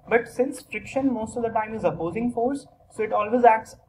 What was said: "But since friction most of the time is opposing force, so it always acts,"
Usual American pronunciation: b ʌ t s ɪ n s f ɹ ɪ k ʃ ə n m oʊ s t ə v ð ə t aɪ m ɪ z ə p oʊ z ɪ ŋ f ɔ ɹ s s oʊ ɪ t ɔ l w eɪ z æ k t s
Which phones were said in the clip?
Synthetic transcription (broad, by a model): b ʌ t s ɪ n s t ɹ ɪ k ʃ ə n m oʊ s t ə v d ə t aɪ m ɪ z ə p oʊ z ɪ ŋ f ɔ ɹ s s oʊ ɪ t ɔ l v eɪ z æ k t s